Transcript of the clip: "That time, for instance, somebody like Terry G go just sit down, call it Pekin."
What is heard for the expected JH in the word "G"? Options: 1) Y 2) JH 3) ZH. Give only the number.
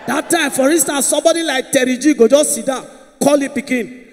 2